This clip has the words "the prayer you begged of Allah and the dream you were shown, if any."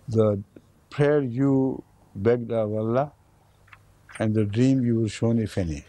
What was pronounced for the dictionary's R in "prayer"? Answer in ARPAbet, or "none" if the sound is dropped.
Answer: R